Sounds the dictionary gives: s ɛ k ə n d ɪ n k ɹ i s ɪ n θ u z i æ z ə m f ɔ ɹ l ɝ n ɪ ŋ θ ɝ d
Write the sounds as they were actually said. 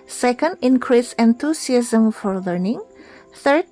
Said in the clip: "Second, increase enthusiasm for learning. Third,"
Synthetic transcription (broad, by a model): s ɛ k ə n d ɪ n k ɹ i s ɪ n t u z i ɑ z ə m f ɔ ɹ l ɝ n ɪ ŋ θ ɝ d